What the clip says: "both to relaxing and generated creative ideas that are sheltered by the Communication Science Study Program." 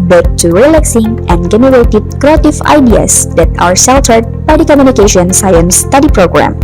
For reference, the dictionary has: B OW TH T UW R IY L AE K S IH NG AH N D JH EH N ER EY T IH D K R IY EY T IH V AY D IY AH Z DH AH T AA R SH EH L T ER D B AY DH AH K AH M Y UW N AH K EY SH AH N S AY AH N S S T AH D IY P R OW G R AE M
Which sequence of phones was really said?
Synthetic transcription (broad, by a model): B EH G T UW R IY L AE K S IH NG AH N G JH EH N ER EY T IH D K R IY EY T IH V AY D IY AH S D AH T AA R S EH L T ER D B AY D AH K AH M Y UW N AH K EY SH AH N S AY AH N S S T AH D IY P R OW G R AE M